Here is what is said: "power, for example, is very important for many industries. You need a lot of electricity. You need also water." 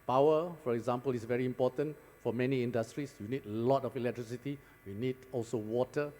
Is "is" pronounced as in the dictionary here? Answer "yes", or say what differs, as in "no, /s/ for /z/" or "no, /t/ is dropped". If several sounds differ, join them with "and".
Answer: no, /s/ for /z/